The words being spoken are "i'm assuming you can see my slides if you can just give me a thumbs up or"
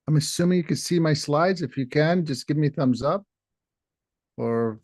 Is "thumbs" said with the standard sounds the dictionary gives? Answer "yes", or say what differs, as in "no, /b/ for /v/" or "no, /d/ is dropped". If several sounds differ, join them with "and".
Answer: yes